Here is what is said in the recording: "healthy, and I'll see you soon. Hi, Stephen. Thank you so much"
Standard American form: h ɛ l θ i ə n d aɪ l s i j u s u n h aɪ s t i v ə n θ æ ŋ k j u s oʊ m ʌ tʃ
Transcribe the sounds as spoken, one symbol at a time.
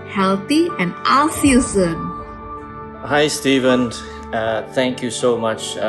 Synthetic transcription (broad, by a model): h ɛ l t i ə n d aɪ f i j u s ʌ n h aɪ s t i v ə n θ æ ŋ k j u s oʊ m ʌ tʃ